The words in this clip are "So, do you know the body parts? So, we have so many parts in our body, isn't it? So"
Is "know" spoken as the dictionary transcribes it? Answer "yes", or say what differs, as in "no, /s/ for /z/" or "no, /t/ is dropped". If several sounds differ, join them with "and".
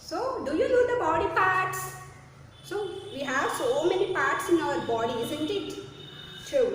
no, /l/ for /n/